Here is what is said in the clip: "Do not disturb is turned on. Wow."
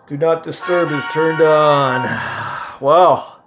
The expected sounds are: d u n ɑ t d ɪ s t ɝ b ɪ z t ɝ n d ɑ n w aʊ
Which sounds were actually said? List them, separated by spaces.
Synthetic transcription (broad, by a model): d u n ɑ t d ɪ s t ɝ b ɪ z t ɝ n d n w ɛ